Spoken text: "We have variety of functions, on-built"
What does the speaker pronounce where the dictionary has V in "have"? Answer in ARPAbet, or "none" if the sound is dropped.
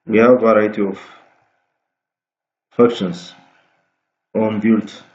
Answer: V